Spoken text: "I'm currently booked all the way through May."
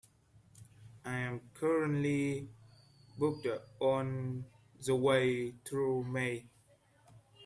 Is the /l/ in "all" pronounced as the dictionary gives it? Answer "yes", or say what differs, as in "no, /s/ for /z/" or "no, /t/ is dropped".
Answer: no, /n/ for /l/